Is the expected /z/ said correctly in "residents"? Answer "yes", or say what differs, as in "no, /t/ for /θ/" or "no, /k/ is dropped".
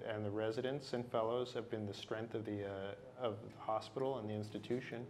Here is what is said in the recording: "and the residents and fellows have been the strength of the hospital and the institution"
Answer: yes